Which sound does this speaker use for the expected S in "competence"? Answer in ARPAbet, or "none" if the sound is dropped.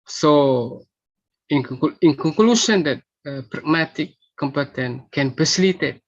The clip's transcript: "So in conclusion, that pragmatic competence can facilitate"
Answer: none